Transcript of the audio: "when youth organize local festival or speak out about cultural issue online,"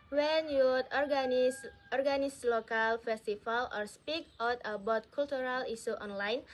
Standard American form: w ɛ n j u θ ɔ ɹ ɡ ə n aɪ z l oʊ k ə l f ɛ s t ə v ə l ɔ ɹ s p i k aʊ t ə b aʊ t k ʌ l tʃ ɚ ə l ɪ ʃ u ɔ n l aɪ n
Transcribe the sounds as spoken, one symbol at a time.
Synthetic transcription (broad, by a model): w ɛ n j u s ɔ ɹ ɡ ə n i s l oʊ k ə l f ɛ s t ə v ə l ɔ ɹ s p i k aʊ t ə b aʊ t k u l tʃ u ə l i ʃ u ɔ n l aɪ n